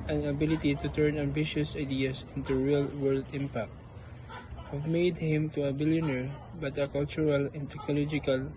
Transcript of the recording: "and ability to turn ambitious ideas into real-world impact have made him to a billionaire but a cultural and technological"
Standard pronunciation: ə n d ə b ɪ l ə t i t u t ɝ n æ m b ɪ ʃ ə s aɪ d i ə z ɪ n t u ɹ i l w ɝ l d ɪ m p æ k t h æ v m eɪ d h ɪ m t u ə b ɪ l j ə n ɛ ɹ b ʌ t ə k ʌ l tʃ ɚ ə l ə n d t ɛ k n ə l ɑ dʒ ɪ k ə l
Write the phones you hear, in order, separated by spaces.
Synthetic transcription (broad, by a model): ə n ə b ɪ l ə t i t u t ɝ n æ m b ɪ ʃ ə s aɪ d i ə s ɪ n t u ɹ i l w ɝ l d ɪ m p æ k t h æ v m eɪ d h ɪ m t u ə b ɪ l j ə n ɛ ɹ b ʌ t ə k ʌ l tʃ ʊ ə l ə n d t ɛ k n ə l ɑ dʒ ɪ k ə l